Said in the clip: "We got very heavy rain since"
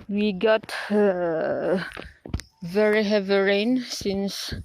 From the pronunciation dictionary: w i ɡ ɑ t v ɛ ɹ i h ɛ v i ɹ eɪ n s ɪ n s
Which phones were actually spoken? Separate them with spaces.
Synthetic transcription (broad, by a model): w i ɡ ɑ t v ɛ ɹ i h ɛ v i ɹ eɪ n s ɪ n s